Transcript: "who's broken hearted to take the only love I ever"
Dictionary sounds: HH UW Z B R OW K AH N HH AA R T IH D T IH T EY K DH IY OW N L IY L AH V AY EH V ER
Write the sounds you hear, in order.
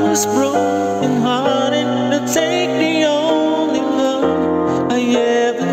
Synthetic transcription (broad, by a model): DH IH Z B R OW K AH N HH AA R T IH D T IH T EY K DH IY OW N L IY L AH AY EH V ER